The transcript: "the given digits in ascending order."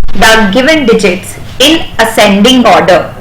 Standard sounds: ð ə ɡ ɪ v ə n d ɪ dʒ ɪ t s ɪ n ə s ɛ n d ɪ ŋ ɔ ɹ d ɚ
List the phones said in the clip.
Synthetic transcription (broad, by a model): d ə ɡ ɪ v ə n d ɪ dʒ ɪ t s ɪ n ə s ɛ n d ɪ ŋ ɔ ɹ d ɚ